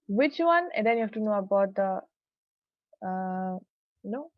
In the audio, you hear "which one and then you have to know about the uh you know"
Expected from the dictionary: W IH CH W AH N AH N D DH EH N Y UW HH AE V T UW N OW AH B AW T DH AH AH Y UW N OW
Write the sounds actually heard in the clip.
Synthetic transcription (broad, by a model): W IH CH W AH N AH N D EH N Y UW HH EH F T UW N OW AH B AW T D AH AH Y N OW